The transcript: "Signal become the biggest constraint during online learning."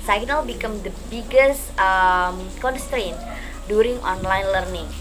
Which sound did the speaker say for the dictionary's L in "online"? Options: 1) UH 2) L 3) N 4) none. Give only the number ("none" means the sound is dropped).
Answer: 2